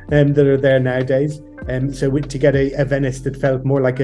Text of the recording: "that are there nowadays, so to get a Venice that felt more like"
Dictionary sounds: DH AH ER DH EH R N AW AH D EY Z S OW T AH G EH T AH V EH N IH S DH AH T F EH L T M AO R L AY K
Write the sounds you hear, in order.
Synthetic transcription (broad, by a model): DH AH ER DH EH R N AW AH D EY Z S OW T AH G EH T AH V EH N IH S DH AH T F EH L T M AO R L AY K